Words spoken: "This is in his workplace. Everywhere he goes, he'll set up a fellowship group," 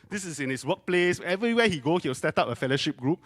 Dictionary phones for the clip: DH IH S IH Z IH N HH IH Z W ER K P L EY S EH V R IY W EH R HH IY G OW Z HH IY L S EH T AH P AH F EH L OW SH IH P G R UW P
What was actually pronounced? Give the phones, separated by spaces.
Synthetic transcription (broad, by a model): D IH S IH S IH N HH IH S W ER K P L EY S EH V R IY W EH HH IY G OW S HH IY W S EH T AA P AH F EH L OW SH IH P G R UW P